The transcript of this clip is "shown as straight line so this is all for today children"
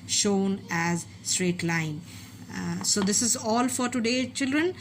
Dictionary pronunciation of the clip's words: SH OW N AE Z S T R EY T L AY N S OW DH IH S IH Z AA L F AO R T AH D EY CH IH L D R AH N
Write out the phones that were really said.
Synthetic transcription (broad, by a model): SH OW N AE Z S T R EY T L AY N S OW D IH S IH Z AA L F AO R T AH D EY CH IH L D R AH N